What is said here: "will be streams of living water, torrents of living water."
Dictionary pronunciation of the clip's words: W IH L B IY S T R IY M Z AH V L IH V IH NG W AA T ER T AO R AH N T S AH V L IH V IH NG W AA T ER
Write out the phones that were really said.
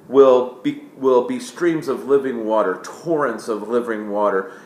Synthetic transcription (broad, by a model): W IH L B IY S T R IY M Z AH V L IH V IH NG W AA T ER T AO R AH N T S AH V L IH V IH NG W AA T ER